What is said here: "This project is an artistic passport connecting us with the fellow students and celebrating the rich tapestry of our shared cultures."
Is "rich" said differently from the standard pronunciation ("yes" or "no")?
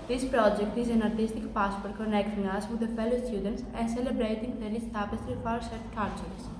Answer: yes